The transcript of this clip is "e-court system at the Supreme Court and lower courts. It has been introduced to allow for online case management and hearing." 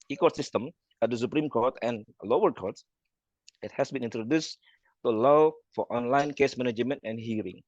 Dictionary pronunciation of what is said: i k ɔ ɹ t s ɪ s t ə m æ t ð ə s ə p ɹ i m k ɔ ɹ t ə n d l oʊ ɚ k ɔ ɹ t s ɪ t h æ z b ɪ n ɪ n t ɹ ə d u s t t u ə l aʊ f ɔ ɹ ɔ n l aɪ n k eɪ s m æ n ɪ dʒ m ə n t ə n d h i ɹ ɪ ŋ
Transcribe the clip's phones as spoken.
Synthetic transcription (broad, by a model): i k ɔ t s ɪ s t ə m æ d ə s ə p ɹ i m k ɔ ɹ t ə n l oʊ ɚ k ɔ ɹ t ɪ t h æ s b ɪ n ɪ n t ɹ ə d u s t t u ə l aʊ f ɔ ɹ ɔ n l aɪ n k eɪ s m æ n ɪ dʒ m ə n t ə n h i ɹ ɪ ŋ